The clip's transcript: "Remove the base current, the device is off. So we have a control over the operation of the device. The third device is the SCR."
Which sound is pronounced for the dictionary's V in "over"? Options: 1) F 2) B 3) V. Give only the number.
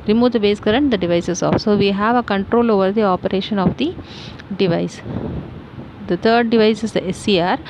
3